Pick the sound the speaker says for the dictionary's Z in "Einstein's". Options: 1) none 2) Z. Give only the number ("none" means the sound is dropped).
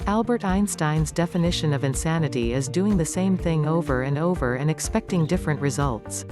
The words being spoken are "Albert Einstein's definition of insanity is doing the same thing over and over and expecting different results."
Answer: 2